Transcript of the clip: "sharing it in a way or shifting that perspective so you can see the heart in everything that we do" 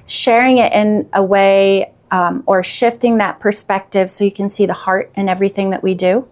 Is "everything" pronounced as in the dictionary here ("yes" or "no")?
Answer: yes